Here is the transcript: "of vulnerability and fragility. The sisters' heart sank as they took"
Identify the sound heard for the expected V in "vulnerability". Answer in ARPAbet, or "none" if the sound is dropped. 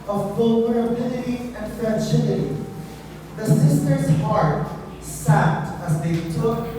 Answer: B